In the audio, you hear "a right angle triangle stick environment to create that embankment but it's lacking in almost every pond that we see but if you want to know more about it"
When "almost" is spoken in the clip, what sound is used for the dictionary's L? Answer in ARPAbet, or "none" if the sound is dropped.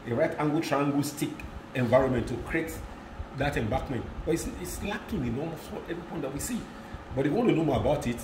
none